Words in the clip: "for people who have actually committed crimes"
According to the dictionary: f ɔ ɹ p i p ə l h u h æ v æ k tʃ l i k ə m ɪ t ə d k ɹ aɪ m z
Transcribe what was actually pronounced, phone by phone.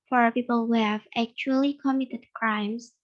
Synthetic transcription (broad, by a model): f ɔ ɹ p i p ə l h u h æ v æ k tʃ l i k ə m ɪ t ə d k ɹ aɪ m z